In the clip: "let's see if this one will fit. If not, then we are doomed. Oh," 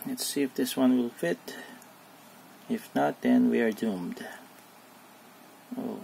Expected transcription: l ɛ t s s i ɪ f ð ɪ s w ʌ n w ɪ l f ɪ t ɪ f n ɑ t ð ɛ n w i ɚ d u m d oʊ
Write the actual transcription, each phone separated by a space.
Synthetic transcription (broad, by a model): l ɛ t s s i ɪ f ð ɪ s w ʌ n w ɪ l f ɪ t ɪ f n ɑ t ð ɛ n w i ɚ d u m d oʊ